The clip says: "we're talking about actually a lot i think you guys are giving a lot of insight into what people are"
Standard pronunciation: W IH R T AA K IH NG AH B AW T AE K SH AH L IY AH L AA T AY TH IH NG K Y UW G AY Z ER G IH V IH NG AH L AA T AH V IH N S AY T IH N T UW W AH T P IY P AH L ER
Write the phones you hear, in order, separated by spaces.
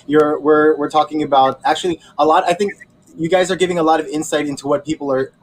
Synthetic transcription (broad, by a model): W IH R T AA K IH NG AH B AW T AE K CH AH L IY AH L AA T AY TH IH NG K Y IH G AY Z ER G IH V IH NG AH L AA T AH V IH N S AY T IH N T UW W AH T P IY P L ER